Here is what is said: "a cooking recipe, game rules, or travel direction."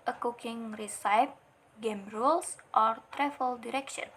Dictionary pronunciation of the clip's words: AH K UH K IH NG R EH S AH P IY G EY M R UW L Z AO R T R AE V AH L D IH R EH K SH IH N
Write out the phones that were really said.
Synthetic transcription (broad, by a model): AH K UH K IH NG R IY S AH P G EY M R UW L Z AO R T R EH F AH L D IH R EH K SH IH N